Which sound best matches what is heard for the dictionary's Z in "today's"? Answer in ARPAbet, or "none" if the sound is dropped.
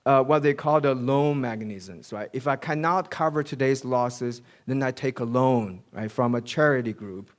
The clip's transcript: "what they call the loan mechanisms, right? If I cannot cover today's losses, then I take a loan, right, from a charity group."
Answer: Z